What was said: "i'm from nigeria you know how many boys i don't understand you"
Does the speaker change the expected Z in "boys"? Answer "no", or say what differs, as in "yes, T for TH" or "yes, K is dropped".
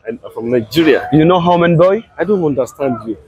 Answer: yes, Z is dropped